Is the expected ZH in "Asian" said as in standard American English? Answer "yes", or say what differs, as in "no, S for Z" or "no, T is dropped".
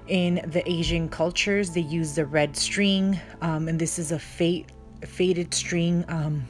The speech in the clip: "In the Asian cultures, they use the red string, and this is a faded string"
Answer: yes